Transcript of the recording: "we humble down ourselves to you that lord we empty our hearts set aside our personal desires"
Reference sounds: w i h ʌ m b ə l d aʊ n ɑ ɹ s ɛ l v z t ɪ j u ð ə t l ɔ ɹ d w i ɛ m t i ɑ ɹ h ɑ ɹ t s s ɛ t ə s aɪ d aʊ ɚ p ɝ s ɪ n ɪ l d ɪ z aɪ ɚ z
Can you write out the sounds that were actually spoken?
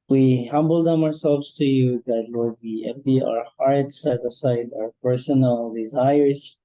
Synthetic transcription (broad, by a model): w i h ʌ m b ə l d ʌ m ɑ ɹ s ɛ l v z t ɪ j u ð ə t l ɔ ɹ d w i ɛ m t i ɑ ɹ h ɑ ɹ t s s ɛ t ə s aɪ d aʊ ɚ p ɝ s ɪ n l d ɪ z aɪ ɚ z